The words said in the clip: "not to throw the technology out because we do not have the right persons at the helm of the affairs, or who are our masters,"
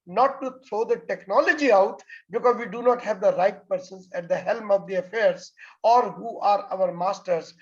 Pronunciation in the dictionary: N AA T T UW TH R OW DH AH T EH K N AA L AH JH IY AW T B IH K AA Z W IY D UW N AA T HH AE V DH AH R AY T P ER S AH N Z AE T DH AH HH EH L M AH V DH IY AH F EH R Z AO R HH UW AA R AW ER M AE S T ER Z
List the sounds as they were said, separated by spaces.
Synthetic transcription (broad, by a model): N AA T T UW T R OW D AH T EH K N AA L AH JH IY AW T B IH K AA Z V IY D UW N AA T HH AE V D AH R AY T P ER S AH N Z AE T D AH HH EH L M AH V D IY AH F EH R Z AO R HH UW AA R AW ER M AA S T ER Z